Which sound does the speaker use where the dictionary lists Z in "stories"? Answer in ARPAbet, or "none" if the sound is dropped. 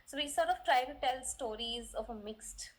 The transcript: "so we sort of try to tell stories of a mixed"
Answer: Z